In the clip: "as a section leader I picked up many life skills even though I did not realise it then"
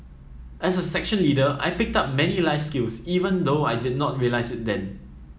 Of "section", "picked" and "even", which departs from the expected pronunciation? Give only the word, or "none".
none